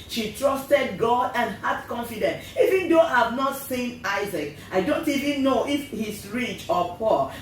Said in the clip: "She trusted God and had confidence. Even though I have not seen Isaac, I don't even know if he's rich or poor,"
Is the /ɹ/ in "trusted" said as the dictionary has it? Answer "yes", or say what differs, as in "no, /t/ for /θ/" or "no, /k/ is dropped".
yes